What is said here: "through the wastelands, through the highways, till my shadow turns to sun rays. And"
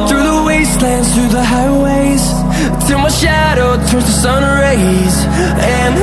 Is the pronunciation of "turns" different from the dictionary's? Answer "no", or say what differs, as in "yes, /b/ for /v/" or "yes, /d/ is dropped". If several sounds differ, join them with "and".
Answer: yes, /n/ is dropped